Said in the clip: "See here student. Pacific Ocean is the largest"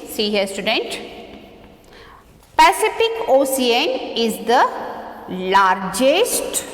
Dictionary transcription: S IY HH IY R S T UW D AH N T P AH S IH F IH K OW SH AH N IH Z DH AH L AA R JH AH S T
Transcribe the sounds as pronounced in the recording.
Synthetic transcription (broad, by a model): S IY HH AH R S T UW D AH N T P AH S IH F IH K OW S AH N IH Z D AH L AA R JH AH S T